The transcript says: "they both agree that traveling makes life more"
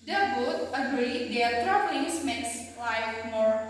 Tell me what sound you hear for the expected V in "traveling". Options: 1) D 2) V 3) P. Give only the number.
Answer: 3